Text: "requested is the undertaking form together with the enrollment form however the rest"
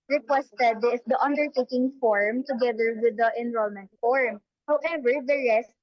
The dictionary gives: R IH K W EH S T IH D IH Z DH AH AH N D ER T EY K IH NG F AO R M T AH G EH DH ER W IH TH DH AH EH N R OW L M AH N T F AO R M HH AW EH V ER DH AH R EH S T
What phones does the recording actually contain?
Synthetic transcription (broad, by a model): R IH K W EH S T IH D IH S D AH AH N D ER T EY K IH NG F AO R M T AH G EH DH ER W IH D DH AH EH N R OW L M AH N T F AO R M HH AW EH V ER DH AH R EH S T